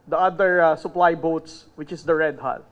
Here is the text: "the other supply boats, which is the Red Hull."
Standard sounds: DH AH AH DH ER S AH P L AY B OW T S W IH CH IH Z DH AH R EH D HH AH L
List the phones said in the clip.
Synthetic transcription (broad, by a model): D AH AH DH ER S AH P L AY B OW T S W IH CH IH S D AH R EH D HH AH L